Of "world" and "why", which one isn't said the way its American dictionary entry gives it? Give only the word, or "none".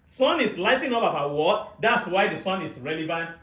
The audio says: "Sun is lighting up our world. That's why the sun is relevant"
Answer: world